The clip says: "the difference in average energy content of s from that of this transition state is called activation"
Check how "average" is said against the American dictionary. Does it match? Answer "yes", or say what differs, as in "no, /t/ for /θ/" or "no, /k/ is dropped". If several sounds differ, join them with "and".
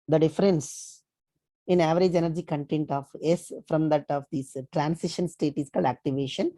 yes